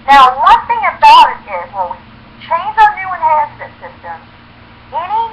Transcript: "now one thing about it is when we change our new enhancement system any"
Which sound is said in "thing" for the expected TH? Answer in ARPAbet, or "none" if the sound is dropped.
TH